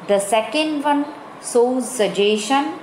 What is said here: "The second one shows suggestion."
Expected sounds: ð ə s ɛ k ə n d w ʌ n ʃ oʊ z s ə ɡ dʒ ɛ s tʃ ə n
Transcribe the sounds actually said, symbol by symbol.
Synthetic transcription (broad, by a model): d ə s ɛ k ə n d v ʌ n s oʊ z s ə dʒ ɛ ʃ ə n